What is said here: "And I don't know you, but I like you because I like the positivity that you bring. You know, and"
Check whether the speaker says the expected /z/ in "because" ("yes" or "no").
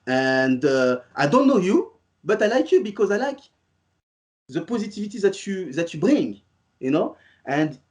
yes